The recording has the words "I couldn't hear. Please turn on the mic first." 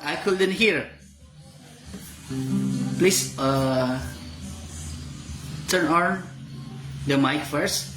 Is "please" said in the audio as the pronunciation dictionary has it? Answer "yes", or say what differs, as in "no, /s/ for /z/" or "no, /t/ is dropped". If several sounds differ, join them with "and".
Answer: no, /s/ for /z/